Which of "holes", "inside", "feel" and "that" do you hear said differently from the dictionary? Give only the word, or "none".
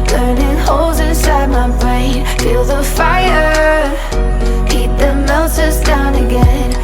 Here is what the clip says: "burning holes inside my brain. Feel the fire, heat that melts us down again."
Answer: none